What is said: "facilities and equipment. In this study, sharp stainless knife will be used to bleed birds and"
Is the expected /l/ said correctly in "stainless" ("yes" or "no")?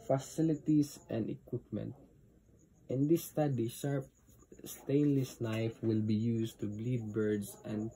yes